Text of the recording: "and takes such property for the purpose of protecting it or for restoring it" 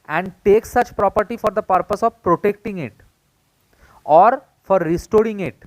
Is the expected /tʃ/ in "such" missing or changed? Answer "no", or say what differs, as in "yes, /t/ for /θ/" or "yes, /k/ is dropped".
no